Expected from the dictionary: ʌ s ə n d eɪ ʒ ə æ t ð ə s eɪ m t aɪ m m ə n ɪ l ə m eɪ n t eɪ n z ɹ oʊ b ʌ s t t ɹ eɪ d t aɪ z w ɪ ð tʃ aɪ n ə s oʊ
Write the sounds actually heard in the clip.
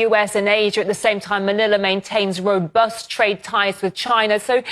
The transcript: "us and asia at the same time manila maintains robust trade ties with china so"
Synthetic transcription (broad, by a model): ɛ s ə n eɪ ʒ ə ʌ t ð ə s eɪ m t aɪ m m ə n ɪ l ə m eɪ n t eɪ n z ɹ oʊ b ʌ s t t ɹ eɪ d t aɪ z w ɪ ð tʃ aɪ n ə s oʊ